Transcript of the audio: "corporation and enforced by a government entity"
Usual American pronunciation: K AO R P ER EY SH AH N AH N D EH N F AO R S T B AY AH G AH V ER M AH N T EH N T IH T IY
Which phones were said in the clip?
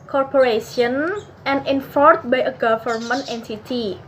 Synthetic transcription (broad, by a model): K AO R P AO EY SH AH N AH N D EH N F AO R T B AY AH G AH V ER M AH N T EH N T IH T IY